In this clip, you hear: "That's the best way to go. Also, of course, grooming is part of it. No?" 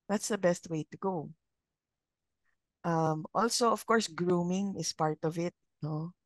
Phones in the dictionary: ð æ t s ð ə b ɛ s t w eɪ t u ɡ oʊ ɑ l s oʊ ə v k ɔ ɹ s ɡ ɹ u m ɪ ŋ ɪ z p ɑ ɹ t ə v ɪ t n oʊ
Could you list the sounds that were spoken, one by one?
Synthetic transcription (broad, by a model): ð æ t s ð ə b ɛ s t w eɪ t u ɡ oʊ ɑ l s oʊ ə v k ɔ ɹ s ɡ ɹ u m ɪ ŋ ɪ s p ɑ ɹ t ə v ɪ t n oʊ